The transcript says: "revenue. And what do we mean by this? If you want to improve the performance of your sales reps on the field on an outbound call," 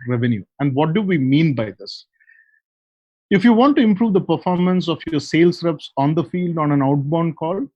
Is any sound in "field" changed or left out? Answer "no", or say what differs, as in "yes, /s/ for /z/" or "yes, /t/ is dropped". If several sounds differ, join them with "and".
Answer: no